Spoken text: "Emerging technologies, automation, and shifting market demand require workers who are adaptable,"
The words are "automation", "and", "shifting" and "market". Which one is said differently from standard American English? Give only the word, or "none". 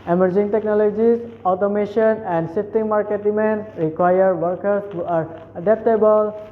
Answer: shifting